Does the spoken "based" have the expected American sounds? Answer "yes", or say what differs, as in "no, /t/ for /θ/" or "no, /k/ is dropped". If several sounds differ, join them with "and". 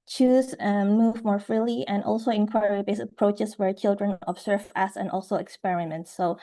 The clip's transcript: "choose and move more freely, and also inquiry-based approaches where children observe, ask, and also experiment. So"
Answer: no, /t/ is dropped